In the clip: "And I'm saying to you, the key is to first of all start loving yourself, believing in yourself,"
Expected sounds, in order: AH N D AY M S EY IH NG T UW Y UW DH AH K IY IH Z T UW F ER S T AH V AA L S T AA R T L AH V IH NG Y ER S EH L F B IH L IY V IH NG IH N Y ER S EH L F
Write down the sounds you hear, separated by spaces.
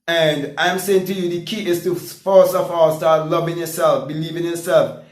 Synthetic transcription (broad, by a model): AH N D AY M S EY IH NG T UW Y UW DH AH K IY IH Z T UW F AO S AH F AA S T AA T L AH V IH NG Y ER S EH L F B IH L IY V IH NG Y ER S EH L F